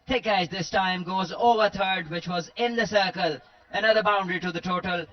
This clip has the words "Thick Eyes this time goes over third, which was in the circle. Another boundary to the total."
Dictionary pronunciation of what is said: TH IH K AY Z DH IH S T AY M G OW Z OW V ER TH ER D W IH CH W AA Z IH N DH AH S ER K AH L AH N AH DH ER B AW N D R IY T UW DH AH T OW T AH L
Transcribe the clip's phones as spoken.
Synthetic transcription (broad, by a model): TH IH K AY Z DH IH S T AY M G OW Z OW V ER T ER D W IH CH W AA Z IH N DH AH S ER K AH L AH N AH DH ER B AW N D R IY T UW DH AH T OW T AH L